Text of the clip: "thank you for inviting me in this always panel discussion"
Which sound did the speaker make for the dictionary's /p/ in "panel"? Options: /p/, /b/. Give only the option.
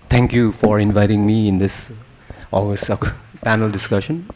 /p/